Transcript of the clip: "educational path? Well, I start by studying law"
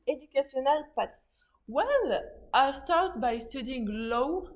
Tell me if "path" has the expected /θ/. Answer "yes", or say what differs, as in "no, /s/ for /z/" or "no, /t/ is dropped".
no, /s/ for /θ/